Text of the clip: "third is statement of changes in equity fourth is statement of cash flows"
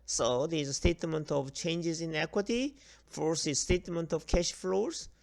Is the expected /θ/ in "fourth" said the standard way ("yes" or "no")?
no